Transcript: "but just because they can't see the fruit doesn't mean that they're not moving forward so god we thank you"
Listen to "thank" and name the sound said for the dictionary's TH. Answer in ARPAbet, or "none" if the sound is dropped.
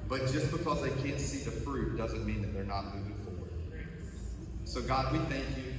TH